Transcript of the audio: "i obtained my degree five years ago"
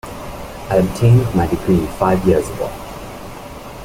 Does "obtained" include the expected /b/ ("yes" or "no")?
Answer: yes